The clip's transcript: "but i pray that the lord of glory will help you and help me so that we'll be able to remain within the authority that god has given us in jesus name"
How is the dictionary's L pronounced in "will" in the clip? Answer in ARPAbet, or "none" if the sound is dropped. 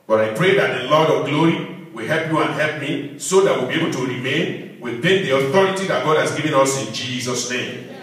L